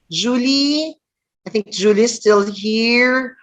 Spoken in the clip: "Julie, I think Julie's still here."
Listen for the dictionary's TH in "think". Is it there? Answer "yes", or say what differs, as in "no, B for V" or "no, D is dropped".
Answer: yes